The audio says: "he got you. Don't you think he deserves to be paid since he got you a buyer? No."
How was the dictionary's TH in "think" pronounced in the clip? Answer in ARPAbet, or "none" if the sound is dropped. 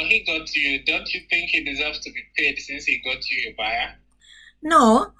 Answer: TH